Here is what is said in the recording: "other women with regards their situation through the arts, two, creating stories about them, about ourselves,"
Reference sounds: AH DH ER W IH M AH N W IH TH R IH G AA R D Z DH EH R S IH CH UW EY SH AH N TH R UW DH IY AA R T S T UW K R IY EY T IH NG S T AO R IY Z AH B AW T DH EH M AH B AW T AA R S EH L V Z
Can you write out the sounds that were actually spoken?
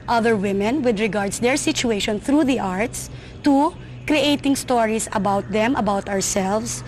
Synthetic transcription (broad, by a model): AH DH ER W IH M AH N W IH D R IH G AA R D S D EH R S IH CH UW EY SH AH N TH R UW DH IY AA R T S T UW K R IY EY T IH NG S T AO R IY S AH B AW T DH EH M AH B AW T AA R S EH L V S